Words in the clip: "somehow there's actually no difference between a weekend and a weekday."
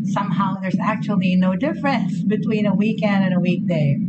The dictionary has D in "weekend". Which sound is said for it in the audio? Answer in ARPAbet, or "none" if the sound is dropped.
D